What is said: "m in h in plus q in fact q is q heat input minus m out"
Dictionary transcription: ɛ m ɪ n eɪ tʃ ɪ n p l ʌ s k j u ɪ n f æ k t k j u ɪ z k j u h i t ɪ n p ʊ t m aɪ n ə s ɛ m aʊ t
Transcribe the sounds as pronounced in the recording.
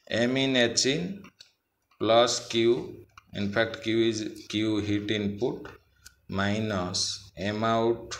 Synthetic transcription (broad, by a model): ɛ m ɪ n eɪ tʃ ɪ n p l ʌ s k j u ɪ n p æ k t k j u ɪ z k j u h i t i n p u t m aɪ n ə s ɛ m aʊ t